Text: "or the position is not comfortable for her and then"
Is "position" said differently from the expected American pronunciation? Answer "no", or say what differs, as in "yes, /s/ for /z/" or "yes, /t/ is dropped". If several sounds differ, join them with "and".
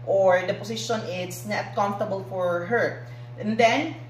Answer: yes, /s/ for /z/